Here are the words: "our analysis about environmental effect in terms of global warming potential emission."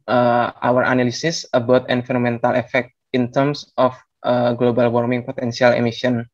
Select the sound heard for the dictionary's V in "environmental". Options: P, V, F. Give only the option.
F